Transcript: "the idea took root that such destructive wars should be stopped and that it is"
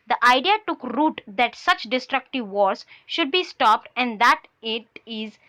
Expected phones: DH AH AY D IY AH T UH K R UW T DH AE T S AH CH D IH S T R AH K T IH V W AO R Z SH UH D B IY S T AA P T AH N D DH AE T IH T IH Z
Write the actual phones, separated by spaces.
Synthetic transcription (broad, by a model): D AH AY D IY AH T UH K R UW T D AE T S AH CH D IH S T R AH K T IH V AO R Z SH UH D B IY S T AA P T AH N D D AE T IH T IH Z